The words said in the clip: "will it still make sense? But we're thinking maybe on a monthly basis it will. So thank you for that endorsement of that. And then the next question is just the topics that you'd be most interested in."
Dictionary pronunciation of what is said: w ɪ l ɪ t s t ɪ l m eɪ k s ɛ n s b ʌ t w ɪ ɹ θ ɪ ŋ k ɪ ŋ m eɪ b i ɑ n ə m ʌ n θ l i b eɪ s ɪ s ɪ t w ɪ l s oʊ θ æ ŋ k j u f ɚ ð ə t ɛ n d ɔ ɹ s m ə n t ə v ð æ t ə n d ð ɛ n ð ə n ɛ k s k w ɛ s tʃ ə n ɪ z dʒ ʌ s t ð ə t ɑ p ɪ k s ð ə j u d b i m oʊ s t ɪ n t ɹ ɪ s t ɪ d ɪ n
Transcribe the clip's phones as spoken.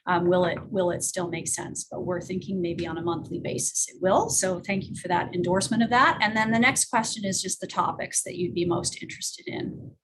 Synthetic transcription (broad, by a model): w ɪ l ɪ t s t ɪ l m eɪ k s ɛ n s b ʌ t w ɪ ɹ θ ɪ ŋ k ɪ ŋ m eɪ b i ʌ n ə m ʌ n θ l i b eɪ s ɪ s ɪ t w ɪ l s oʊ θ æ ŋ k j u f ɚ ð ə t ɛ n d ɔ ɹ s m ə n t ə v ð æ t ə n ð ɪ n ð ə n ɛ k s k w ɛ s tʃ ə n ɪ z dʒ ʌ s t ð ə t ɑ p ɪ k s ð ə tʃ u d b i m oʊ s t ɪ n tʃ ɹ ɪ s t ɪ d ɪ n